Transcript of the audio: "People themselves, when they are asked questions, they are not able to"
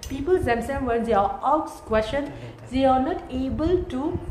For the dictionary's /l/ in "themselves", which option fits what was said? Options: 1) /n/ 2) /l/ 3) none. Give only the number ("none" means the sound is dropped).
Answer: 1